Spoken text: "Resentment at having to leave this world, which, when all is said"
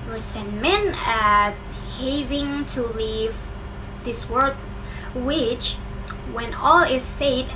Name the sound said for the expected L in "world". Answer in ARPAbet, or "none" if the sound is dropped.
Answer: none